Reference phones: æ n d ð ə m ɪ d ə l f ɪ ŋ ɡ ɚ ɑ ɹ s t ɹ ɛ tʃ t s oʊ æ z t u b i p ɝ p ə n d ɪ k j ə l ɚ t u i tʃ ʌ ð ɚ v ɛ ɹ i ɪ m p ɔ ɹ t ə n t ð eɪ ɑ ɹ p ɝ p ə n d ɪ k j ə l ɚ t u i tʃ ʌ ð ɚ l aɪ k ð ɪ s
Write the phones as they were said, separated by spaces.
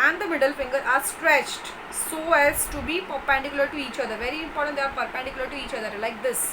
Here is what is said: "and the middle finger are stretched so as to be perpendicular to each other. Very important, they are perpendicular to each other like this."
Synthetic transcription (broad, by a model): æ n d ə m ɪ d ə l f ɪ ŋ ɡ ɚ ɑ ɹ s t ɹ ɛ tʃ t s oʊ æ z t u b i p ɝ p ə n d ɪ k j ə l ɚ t u i tʃ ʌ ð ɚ v ɛ ɹ i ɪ m p ɔ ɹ t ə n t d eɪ ɑ ɹ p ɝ p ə n d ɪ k j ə l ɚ t u i tʃ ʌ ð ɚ l aɪ k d ɪ s